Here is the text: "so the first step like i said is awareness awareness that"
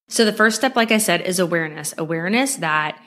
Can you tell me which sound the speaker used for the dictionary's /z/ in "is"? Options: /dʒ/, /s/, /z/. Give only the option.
/z/